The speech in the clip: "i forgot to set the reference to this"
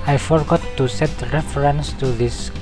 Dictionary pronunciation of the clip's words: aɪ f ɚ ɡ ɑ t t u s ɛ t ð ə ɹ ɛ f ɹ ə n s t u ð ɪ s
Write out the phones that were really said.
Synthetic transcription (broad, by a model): aɪ f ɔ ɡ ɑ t t u s ɛ t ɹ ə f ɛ ɹ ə n s t u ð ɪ s